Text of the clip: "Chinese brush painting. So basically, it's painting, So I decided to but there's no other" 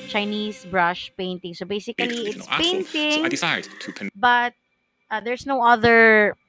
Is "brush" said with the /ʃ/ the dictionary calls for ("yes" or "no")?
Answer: yes